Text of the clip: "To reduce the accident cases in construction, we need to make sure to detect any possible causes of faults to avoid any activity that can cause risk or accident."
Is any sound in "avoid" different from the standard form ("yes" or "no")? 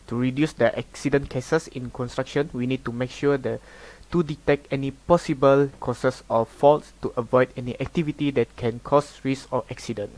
no